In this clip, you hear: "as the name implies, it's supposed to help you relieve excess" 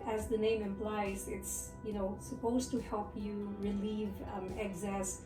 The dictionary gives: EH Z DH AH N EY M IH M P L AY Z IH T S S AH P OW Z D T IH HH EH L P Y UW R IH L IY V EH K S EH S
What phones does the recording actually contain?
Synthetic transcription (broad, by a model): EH Z DH AH N EY M IH M P L AY Z IH T S S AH P OW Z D T IH HH EH L P Y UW R IH L IY V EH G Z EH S